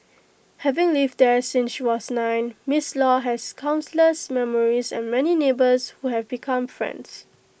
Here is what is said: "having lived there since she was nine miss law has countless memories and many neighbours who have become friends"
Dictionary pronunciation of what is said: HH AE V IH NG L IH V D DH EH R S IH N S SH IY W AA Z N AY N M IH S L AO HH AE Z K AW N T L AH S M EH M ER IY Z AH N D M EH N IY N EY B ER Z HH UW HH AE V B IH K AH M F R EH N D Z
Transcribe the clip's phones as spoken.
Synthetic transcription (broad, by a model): HH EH V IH NG L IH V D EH S IH N S SH IY W AA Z N AY N M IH S L AO HH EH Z K AW N S L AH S M EH M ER IY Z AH N M EH N IY N EY B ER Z HH UW HH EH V B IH K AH M F R EH N D S